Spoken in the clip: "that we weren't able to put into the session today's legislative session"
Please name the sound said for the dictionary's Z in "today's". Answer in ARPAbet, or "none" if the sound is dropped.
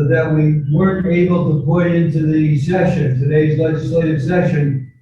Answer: Z